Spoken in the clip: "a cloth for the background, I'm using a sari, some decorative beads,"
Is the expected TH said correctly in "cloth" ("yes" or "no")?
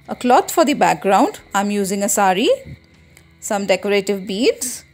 no